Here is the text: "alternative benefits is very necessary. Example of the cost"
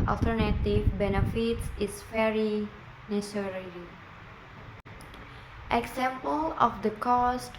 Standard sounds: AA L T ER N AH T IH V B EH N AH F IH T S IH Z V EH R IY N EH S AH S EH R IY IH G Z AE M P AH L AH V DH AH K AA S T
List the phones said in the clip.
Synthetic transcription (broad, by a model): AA L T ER N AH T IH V B EH N AH F IH T S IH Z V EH R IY N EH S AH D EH L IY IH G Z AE M P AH L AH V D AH K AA S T